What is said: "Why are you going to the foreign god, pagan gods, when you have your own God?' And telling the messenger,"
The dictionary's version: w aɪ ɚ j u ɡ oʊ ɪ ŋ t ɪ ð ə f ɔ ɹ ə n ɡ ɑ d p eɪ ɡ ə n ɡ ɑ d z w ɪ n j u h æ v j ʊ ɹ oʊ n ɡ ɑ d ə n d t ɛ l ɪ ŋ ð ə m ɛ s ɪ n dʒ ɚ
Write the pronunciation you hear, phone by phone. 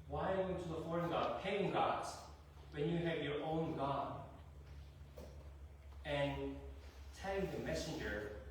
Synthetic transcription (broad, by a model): w aɪ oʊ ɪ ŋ t ɪ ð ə f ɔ ɹ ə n ɡ ɑ d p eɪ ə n ɡ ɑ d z w ɪ n j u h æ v j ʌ ɹ oʊ n ɡ ɑ d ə n t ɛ ɪ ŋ ð ə m ɛ s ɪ n dʒ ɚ